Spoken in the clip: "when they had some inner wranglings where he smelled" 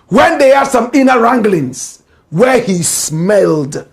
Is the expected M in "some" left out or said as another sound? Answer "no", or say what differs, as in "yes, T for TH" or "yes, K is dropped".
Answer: no